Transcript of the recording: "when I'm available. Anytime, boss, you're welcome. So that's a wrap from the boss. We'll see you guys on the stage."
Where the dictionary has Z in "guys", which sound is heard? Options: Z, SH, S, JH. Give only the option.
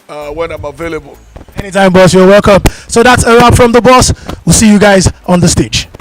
Z